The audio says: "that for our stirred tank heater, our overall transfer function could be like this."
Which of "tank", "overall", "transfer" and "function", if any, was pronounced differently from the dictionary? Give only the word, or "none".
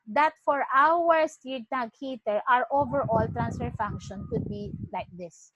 tank